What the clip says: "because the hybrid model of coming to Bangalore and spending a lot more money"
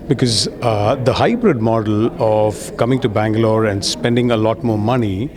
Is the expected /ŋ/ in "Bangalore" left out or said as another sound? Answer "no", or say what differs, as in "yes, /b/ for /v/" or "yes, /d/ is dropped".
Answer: no